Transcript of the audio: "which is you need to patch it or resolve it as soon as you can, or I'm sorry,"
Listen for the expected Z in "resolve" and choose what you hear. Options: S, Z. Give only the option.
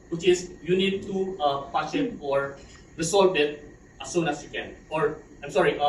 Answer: S